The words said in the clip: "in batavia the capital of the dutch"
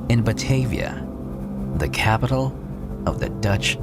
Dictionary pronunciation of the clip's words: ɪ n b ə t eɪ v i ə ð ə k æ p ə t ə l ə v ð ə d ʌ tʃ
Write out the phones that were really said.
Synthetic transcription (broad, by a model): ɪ n b ə t eɪ v i ə ð ə k æ p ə t l ə v ð ə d ʌ tʃ